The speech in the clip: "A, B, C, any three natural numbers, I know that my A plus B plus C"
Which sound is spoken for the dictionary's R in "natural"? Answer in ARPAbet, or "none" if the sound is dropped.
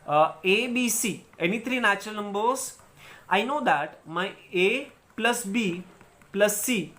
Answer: none